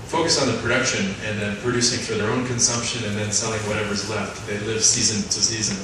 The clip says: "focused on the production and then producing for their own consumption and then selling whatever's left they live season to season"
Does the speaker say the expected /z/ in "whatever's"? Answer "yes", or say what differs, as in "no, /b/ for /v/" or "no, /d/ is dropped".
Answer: yes